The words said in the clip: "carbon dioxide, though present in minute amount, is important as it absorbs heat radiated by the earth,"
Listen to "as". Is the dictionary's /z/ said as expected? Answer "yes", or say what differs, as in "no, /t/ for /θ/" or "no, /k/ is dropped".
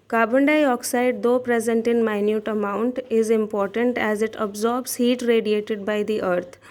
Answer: yes